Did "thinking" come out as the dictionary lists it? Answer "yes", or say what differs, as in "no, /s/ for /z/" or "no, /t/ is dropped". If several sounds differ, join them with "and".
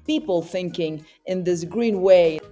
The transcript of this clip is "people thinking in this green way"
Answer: yes